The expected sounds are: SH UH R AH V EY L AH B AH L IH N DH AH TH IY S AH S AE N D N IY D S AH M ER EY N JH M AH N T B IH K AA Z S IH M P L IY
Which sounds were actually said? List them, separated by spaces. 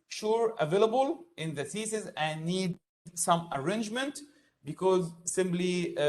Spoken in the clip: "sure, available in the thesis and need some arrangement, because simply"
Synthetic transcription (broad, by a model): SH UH R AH V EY L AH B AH L IH N DH AH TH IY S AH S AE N N IY D S AH M ER EY N JH M AH N T B IH K AA Z S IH M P L IY